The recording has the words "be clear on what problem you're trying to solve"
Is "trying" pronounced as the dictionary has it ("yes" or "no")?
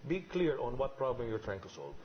yes